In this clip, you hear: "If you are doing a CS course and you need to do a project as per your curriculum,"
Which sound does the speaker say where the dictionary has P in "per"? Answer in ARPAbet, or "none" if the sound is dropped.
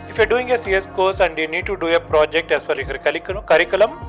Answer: F